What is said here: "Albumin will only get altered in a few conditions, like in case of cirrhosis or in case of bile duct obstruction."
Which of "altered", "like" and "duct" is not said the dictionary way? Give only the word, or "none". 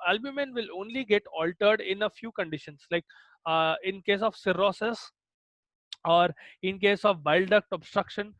none